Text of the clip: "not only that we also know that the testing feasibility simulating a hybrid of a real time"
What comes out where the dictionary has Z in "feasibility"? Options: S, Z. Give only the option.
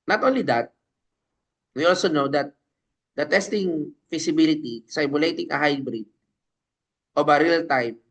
S